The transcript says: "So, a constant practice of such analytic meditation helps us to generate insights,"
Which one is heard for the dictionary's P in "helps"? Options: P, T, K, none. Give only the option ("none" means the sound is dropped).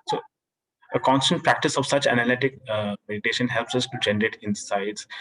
P